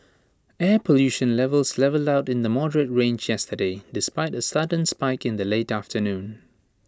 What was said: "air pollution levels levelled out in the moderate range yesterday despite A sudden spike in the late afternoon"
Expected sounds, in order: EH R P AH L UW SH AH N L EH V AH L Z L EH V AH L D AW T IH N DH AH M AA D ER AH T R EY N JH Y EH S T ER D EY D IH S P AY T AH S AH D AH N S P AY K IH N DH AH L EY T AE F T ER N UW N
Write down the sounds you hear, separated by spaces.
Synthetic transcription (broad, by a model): EH P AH L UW SH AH N L EH V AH L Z L EH V AH L D AW T IH N DH AH M AA D ER AH T R EY N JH Y EH S T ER D EY D IH S P AY T AH S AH D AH N S P AY K IH N DH AH L EY T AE F T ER N UW N